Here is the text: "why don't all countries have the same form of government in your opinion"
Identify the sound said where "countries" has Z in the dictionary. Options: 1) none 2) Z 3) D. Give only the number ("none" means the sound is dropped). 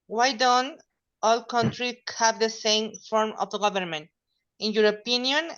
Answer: 1